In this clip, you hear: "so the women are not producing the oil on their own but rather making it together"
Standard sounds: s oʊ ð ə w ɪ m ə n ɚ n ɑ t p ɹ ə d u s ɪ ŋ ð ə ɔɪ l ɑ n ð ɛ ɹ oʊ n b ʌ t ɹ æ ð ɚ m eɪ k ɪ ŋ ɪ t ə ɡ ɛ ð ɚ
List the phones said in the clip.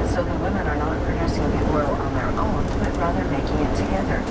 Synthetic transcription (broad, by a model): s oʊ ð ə w ɪ m ə n ɚ n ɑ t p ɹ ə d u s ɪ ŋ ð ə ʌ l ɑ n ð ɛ ɹ oʊ n b ʌ t ɹ æ ð ɚ m eɪ k ɪ ŋ ɪ t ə ɡ ɛ ð ɚ